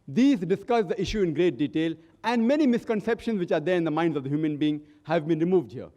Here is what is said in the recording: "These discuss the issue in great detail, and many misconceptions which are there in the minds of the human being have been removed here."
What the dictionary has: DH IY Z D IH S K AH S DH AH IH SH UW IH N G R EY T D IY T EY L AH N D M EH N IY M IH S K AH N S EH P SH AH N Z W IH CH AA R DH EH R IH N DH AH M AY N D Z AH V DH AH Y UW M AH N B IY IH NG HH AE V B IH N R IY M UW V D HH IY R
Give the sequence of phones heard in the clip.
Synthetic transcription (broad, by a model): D IY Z D IH S K AH S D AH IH SH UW IH N G R EY T D IY T EY L AH N D M EH N IY M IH S K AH N S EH P SH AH N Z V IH CH AA R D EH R IH N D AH M AY N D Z AH V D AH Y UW M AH N B IY IH NG HH AE V B IH N R IY M UW V D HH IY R